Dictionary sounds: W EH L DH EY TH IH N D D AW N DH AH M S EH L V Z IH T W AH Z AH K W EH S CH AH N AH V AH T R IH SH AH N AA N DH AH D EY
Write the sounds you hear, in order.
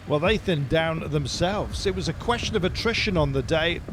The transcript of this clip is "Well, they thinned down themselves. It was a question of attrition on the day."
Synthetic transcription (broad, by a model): W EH L DH EY TH IH N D D AW N DH AH M S EH L V Z IH T W AH Z AH K W EH S CH AH N AH V AH T R IH SH AH N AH N DH AH D EY